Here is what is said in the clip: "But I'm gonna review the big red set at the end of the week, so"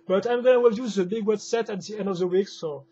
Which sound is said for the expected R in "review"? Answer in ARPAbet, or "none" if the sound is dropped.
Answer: W